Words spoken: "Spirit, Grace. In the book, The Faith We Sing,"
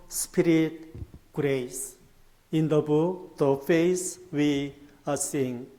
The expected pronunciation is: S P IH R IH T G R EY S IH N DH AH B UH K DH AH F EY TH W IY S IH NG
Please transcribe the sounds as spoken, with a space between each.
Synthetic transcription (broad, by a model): S P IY R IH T G R EY S IH N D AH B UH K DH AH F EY S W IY S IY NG